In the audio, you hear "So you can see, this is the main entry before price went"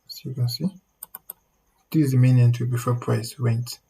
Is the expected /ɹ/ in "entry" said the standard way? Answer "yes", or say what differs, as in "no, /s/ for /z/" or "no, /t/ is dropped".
no, /ɹ/ is dropped